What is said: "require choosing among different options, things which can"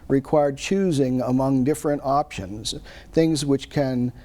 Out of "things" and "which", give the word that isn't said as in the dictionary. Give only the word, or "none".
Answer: none